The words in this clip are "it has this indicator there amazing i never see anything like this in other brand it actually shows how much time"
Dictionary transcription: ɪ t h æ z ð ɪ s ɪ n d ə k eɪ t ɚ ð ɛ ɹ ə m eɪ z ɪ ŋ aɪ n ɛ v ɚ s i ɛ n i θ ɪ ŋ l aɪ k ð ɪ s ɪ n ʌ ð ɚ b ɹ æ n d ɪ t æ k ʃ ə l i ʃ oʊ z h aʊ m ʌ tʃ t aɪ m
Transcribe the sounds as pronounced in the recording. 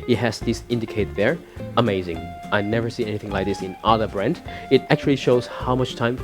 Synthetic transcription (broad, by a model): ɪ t h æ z ð ɪ s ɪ n d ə k eɪ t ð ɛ ɹ ə m eɪ z ɪ ŋ aɪ n ɛ v ɚ s i ɛ n i θ ɪ ŋ l aɪ k ð ɪ s ɪ n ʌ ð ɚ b ɹ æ n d ɪ t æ k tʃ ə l i ʃ oʊ z h aʊ m ʌ tʃ t aɪ m